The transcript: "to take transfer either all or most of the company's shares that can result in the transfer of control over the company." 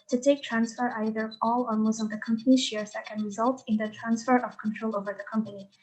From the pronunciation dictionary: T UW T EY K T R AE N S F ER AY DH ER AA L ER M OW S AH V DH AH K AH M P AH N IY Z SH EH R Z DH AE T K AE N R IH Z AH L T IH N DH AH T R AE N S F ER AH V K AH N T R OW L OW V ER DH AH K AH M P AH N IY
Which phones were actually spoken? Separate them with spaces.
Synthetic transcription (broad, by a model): T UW T EY K T R AE N S F ER AY DH ER AA L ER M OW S AH V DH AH K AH M P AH N IY SH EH R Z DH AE T K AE N R IH Z AH L T IH N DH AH T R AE N S F ER AH V K AH N T R OW L OW V ER DH AH K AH M P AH N IY